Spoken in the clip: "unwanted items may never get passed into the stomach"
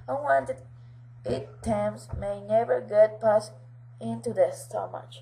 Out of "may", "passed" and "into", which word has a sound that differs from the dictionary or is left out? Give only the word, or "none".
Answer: passed